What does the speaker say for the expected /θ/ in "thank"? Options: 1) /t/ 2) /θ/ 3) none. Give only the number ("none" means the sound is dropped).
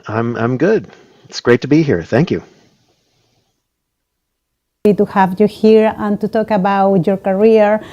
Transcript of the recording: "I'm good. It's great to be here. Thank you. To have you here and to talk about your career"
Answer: 2